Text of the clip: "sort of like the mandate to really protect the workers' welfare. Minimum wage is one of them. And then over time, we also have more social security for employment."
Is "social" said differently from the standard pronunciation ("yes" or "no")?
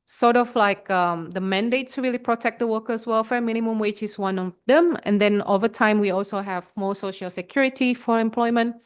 no